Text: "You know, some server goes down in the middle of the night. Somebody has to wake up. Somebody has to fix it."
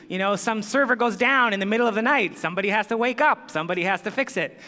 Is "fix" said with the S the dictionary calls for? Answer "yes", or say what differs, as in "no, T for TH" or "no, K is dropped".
yes